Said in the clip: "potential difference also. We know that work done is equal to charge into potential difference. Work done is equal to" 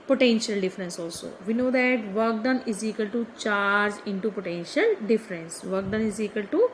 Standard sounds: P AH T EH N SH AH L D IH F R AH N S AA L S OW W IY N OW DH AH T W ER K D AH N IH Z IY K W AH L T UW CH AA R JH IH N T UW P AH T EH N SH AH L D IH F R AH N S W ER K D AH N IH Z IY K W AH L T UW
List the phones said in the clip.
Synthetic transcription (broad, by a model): P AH T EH N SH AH L D IH F R AH N S AA L S OW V IY N OW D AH T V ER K D AH N IH Z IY K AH L T UW CH AA R JH IH N T UW P AH T EH N SH AH L D IH F R AH N S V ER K D AH N IH Z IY K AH L T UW